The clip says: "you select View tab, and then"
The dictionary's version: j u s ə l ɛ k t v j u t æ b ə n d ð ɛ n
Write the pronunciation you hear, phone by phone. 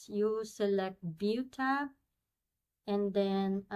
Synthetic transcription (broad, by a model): j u s ə l ɛ k t b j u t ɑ ə n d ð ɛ n